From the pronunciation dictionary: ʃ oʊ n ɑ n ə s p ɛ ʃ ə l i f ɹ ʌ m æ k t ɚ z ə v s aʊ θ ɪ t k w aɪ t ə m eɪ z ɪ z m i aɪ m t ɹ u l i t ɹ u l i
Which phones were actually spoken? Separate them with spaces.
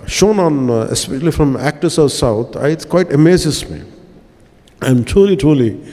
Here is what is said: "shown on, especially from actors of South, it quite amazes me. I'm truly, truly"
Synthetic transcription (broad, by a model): ʃ oʊ n ɑ n ə s p ɛ ʃ ə l i f ɹ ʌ m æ k t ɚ s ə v s aʊ t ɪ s k w aɪ t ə m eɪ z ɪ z m i aɪ m t ɹ u l i t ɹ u l i